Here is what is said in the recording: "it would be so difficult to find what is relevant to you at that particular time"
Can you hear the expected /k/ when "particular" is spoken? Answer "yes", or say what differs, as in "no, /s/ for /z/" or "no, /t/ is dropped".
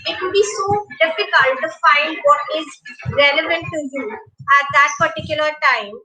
yes